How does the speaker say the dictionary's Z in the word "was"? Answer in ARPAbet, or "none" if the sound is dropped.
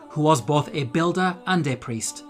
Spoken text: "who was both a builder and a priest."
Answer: Z